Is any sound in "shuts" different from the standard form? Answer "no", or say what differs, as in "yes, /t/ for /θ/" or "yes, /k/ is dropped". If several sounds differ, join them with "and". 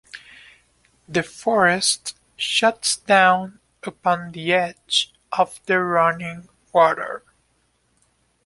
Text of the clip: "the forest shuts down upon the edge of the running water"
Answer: no